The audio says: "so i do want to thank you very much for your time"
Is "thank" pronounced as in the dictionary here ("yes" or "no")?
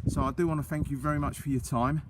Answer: yes